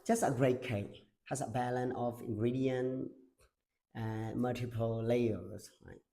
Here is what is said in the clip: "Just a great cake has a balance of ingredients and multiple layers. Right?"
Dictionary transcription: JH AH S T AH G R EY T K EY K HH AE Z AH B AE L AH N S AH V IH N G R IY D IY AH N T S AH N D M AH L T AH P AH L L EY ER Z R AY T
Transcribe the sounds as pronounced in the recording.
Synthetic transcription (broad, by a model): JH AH S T AH G R EY T K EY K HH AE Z AH B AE L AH N AH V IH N G R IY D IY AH N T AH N M AH L T AH P AH L L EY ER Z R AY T